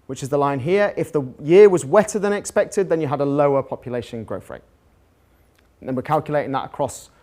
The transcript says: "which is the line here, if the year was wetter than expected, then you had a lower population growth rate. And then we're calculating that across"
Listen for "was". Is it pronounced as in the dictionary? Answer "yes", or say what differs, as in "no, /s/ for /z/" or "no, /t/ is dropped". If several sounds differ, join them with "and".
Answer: yes